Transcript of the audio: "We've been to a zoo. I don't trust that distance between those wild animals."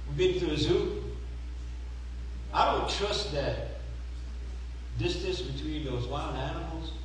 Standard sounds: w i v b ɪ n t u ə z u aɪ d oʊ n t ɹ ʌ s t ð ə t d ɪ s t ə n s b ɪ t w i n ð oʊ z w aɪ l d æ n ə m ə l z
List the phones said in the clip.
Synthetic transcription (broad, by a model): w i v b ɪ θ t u ə z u aɪ d oʊ n t ɹ ʌ s t ð ə t d ɪ s t ə n s b ɪ t w i n ð oʊ z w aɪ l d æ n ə m l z